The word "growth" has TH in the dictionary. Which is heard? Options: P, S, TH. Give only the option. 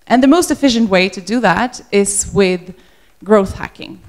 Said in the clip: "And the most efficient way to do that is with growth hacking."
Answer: TH